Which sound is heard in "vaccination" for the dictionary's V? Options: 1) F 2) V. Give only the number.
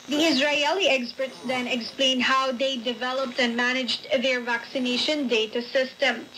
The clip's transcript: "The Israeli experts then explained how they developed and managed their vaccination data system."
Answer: 2